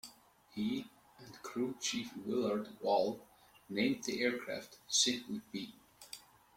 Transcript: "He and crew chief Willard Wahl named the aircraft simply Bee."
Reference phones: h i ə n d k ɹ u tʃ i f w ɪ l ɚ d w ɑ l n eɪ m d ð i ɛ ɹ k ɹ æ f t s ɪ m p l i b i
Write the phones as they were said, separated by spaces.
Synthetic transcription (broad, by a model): h i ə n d k ɹ u tʃ i f w ɪ l ɚ d w ɑ l n eɪ m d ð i ɛ ɹ k ɹ æ f t s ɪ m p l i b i